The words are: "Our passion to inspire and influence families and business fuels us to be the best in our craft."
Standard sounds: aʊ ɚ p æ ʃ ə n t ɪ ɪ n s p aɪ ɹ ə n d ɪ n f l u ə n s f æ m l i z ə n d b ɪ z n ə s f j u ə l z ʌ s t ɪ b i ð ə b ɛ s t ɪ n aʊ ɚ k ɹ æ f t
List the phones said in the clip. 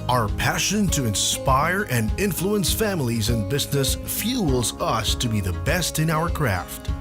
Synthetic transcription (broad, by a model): aʊ ɚ p æ ʃ ə n t ɪ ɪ n s p aɪ ɹ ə n ɪ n f l u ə n s f æ m l i z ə n b ɪ z n ə s f j u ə l z ʌ s t ɪ b i ð ə b ɛ s t ɪ n aʊ ɚ k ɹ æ f t